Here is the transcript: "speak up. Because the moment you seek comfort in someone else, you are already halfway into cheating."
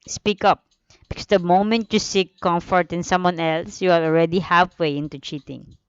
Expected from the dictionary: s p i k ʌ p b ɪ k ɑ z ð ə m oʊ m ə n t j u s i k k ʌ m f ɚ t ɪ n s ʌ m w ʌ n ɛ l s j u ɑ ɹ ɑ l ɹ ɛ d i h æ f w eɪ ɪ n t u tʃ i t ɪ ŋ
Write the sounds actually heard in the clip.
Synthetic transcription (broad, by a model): s p i k ʌ p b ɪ k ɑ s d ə m oʊ m ə n t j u s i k k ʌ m f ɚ t ɪ n s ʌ m w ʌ n ɛ l s j u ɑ l ɑ l ɹ ɛ d i h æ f w eɪ ɪ n t u tʃ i t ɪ ŋ